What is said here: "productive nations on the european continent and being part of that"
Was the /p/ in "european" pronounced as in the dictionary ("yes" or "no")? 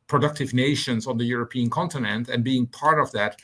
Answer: yes